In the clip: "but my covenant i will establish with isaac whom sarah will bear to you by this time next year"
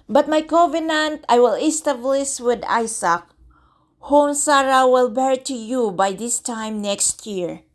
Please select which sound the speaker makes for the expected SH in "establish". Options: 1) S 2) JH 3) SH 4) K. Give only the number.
1